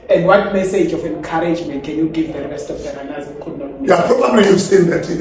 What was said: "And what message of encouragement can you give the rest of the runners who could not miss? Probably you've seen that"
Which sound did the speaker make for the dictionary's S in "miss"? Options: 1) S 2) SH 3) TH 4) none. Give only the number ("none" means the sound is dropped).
4